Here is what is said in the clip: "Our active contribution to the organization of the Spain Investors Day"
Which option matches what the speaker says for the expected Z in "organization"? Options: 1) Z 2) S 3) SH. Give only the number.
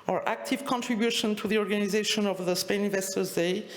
1